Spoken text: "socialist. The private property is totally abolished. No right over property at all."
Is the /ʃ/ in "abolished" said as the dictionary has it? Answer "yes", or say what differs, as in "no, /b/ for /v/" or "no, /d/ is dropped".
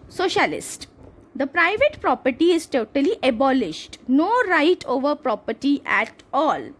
yes